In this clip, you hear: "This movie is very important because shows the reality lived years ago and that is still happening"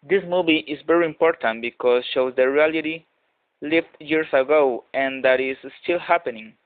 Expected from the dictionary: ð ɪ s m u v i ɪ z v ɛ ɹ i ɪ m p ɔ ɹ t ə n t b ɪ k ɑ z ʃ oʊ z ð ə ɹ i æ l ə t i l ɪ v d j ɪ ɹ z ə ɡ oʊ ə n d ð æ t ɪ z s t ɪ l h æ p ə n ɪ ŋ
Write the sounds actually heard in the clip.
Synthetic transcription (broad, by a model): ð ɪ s m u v i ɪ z v ɛ ɹ i ɪ m p ɔ ɹ t ə n t b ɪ k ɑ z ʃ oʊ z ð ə ɹ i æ l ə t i l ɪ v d j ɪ ɹ s ə ɡ oʊ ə n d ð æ t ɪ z s t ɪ l h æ p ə n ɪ ŋ